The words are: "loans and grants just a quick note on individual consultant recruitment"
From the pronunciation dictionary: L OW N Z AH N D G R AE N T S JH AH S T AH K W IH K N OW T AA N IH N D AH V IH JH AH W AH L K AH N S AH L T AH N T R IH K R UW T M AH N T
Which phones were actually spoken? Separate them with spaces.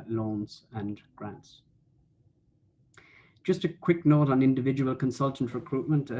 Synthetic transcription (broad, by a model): L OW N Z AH N G R AE N T S JH AH S T AH K W IH K N OW T N IH N D AH V IH JH AH W AH L K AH N S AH L T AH N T R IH K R UW T M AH N T